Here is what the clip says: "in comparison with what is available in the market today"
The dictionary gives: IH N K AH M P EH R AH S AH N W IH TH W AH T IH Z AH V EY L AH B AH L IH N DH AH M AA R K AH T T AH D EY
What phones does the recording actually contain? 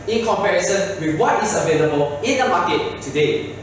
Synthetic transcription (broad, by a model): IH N K AH M P EH R AH S AH N W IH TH W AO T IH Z AH V EY L AH B AH L IH N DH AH M AA K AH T T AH D EY